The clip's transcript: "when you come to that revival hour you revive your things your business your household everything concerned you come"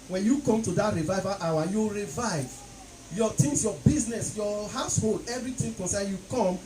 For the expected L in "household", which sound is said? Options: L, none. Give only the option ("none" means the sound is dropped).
L